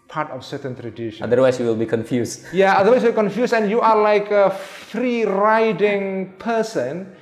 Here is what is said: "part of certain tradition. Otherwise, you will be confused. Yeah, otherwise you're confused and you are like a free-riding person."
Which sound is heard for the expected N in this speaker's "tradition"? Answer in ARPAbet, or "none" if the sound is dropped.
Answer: none